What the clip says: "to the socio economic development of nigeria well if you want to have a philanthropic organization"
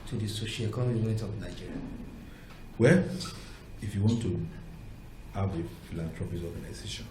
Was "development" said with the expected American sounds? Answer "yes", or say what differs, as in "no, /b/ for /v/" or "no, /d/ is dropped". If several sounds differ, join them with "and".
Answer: no, /n/ is dropped